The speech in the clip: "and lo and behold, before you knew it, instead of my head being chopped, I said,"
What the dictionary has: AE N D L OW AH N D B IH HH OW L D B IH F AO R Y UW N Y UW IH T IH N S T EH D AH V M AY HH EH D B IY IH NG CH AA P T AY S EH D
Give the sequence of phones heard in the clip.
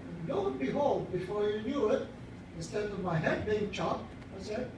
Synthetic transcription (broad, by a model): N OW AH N B IH HH OW L D B IH F AO R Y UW N Y UW IH T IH N S T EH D AH V M AY HH EH D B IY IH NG CH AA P AY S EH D